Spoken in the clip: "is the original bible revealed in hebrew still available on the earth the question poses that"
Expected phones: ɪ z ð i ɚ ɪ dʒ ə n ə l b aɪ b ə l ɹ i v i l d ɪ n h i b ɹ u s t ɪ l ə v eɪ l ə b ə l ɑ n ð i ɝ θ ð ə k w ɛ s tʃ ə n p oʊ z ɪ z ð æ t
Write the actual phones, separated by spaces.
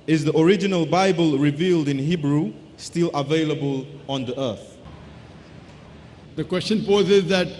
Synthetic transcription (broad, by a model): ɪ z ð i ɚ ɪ dʒ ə n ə l b aɪ b ə l ɹ i v i l d ɪ n h i b ɹ u s t ɪ l ə v eɪ l ə b ə l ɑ n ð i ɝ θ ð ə k w ɛ s tʃ ə n p oʊ z ɪ z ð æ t